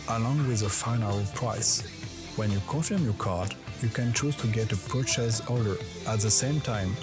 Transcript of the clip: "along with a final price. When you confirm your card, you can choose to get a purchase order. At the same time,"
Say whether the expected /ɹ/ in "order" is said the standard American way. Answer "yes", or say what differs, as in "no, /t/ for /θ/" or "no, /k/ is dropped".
no, /l/ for /ɹ/